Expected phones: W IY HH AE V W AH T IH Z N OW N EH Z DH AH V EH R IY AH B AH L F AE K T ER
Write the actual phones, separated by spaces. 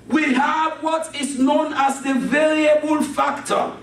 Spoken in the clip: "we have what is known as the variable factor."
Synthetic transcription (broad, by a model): W IY HH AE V W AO T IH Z N OW N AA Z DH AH V EH R IY AH B AH L F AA K T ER